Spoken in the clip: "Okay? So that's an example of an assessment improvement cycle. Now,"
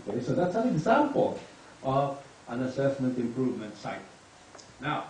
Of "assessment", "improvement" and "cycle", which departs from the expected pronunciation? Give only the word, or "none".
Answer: cycle